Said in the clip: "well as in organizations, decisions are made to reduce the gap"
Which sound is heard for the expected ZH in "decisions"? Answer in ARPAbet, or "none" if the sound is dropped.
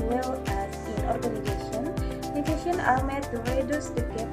SH